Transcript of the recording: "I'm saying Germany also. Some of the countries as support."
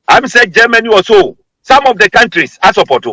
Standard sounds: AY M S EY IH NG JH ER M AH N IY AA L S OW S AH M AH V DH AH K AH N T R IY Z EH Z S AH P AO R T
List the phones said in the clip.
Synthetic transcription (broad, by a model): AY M S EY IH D JH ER M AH N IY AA S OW S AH M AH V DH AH K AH N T R IY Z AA S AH P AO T